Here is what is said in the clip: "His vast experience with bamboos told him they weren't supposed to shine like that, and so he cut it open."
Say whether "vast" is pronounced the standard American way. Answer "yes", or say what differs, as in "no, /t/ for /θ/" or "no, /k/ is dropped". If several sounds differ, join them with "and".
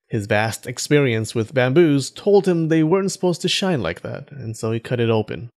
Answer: yes